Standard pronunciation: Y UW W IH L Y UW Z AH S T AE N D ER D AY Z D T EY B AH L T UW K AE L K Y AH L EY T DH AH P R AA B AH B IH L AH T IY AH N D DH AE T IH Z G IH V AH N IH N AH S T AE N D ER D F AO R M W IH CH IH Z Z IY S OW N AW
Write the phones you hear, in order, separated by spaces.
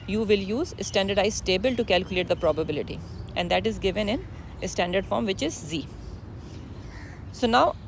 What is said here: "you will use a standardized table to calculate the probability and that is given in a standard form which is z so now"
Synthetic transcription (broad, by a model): Y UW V IH L Y UW Z AH S T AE N D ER D AY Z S T EY B AH L T UW K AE L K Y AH L EY T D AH P R AA B AH B IH L AH T IY AH N D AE T IH Z G IH V AH N IH N AH S T AE N D ER D F AO R M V IH CH IH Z Z IY S OW N AW